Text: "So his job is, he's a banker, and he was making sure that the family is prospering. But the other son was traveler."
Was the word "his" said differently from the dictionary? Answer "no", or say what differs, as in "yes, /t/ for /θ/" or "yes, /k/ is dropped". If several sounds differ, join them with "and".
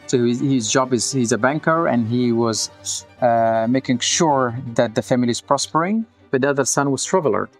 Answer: no